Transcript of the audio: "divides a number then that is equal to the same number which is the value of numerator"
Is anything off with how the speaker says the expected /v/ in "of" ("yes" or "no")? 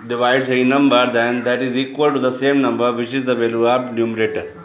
yes